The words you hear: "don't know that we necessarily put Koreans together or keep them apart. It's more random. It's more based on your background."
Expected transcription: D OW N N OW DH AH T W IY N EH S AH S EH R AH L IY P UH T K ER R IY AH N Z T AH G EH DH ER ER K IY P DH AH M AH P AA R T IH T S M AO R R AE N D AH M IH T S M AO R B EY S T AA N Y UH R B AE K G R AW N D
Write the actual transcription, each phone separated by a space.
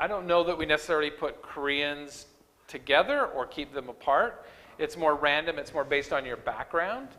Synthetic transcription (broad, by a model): D OW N N OW DH AH T W IY N EH S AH S EH R L IY P UH T K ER R IY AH N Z T AH G EH DH ER ER K IY P DH AH M AH P AA R T IH T S M AO R R AE N D AH M IH T S M AO R B EY S T N Y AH R B AE K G R AW N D